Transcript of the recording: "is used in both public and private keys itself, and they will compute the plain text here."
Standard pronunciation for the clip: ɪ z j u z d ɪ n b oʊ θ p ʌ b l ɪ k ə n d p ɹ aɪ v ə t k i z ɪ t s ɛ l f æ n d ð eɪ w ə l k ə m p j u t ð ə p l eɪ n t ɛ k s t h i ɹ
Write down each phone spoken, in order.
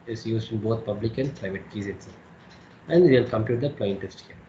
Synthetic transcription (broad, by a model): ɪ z j u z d ɪ n b oʊ t p ʌ b l ɪ k ə n d p ɹ aɪ v ə t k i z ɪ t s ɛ æ n d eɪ l k ə m p j u t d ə p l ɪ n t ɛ s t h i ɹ